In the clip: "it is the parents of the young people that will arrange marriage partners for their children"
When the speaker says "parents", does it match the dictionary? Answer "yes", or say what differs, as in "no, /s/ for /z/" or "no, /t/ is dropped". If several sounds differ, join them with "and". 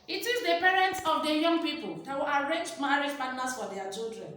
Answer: yes